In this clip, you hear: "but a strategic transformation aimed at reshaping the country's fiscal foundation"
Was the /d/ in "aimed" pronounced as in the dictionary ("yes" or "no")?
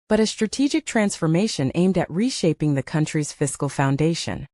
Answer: yes